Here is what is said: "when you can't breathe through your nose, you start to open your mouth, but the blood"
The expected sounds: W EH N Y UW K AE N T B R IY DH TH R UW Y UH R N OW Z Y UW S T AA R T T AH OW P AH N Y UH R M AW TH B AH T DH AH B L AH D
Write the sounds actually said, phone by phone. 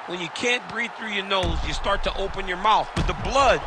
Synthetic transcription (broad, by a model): W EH N Y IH K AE N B R IY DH TH R UW Y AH R N OW Z Y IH S T AA R T T AH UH P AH N Y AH R M AW TH B AH T DH AH B L AH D